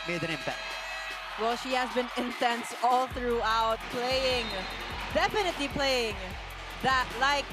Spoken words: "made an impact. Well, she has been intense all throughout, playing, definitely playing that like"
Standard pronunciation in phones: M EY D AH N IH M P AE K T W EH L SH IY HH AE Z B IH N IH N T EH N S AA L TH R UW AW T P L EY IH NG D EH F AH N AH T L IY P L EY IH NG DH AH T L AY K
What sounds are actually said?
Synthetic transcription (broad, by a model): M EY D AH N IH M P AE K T W EH L SH IY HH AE Z B IH N IH N T EH N S AA L TH R UW AW T P L EY IH NG D EH F AH N AH T L IY P L EY IH NG DH AH T L AY K